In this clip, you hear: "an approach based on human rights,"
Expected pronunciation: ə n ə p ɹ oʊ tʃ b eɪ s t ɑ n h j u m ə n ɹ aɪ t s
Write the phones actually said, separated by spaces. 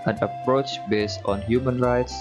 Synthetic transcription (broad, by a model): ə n ə p ɹ oʊ tʃ b eɪ s t ɑ n h j u m ə n ɹ aɪ t s